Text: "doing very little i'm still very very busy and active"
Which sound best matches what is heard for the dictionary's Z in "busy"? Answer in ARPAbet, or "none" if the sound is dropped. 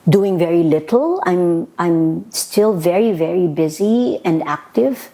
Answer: Z